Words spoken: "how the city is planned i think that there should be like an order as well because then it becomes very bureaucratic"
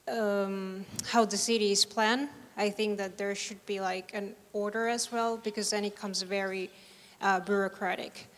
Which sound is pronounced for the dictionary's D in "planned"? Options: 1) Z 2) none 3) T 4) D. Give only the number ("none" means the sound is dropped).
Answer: 2